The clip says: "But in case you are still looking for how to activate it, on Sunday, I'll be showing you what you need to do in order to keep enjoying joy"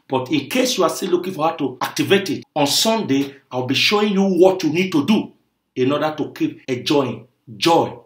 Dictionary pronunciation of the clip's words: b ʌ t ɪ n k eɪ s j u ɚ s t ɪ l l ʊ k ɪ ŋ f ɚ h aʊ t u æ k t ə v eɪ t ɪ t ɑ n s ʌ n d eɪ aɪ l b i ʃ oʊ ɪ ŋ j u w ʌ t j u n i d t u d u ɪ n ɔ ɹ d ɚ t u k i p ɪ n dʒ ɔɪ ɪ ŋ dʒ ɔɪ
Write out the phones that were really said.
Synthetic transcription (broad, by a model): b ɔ t ɪ n k eɪ s j u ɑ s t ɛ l l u k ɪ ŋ f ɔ h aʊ t u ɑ k t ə v eɪ t ɪ t ɑ n s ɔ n d eɪ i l b i ʃ oʊ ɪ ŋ j u w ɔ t j u n i d t u d u ɪ n ɔ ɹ d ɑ t u k i p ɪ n dʒ ɔɪ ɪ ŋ dʒ ɔɪ